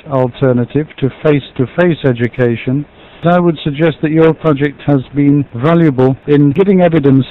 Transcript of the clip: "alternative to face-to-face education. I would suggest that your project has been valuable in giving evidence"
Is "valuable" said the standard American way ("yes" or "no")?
yes